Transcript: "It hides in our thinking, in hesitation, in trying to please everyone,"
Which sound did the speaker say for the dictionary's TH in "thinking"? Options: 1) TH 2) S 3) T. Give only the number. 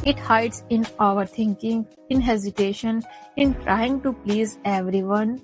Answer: 3